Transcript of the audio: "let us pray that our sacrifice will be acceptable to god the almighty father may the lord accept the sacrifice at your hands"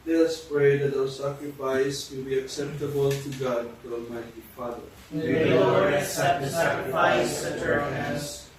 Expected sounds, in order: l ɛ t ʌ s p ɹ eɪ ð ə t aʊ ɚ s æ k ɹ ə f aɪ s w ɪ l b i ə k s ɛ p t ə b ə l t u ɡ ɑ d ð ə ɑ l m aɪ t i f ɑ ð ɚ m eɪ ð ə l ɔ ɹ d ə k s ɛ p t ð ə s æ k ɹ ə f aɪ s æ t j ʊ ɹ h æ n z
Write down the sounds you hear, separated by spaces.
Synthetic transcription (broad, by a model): l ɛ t ʌ s p ɹ eɪ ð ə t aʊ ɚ s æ k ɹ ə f aɪ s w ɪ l b i ə k s ɛ p t ə b ə l t u ɡ ɑ d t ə ɑ l m aɪ t i f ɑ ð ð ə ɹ ə s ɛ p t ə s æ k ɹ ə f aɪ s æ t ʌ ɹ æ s